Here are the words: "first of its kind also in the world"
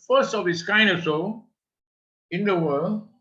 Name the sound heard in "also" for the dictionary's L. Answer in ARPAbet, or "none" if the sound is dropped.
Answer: none